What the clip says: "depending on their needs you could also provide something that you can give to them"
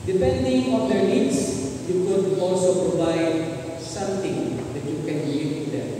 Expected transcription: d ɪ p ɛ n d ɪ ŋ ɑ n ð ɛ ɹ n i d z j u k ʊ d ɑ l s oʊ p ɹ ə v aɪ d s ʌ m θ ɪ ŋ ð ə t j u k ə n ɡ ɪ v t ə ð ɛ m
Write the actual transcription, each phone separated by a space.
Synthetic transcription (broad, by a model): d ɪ p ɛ n d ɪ ŋ ɑ n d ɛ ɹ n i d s j u k ʊ d ɑ l s oʊ p ɹ ə v aɪ d s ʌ m t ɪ ŋ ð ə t j u k ə n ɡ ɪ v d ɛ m